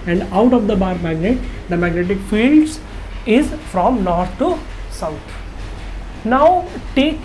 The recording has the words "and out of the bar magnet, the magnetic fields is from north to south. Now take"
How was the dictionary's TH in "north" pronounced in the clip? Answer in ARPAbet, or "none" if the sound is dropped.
T